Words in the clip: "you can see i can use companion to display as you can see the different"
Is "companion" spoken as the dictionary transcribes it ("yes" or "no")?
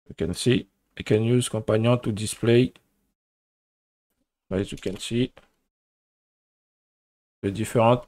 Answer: no